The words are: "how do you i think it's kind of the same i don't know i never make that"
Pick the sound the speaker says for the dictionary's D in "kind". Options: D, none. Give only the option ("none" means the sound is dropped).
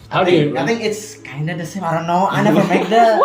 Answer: D